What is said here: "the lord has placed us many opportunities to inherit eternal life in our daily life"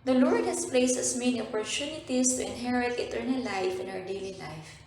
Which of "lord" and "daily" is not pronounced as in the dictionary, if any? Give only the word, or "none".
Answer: none